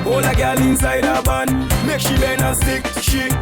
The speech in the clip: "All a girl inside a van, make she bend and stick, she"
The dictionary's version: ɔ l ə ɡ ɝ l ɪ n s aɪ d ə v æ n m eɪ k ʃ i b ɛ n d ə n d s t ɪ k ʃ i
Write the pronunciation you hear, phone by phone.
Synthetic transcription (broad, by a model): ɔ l ə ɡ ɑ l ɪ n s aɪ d ə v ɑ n m eɪ k ʃ i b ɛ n ə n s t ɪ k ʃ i